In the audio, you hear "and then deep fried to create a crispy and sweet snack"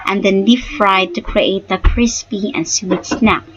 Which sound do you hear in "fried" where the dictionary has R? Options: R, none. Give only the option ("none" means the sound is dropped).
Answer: R